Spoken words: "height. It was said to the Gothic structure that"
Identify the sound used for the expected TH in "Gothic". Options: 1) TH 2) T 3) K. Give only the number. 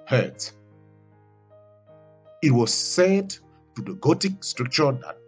2